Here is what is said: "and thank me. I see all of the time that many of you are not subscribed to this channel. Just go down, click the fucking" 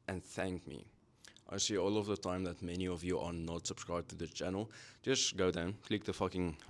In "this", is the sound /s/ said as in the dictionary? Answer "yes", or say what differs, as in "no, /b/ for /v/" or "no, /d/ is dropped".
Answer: no, /s/ is dropped